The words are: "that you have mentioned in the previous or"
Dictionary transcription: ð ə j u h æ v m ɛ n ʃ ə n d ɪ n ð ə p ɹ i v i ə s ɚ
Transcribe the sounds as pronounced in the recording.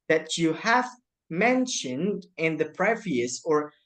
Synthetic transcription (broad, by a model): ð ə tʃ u h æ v m ɛ n ʃ ə n d ɪ n ð ə p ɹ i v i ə s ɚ